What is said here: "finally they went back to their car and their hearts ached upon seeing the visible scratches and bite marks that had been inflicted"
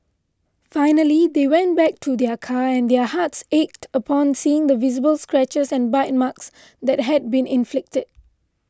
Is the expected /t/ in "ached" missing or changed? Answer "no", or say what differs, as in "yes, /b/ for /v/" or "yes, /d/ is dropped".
no